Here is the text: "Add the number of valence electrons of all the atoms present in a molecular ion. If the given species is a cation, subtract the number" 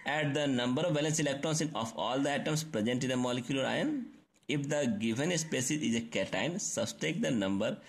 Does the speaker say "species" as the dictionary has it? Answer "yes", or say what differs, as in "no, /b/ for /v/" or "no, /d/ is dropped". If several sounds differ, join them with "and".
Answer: no, /s/ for /ʃ/